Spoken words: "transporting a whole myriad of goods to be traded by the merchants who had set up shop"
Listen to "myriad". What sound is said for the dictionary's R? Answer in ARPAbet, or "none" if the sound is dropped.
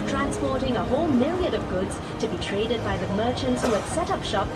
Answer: L